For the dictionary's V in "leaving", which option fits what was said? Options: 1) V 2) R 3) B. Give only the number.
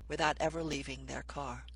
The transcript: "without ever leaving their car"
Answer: 1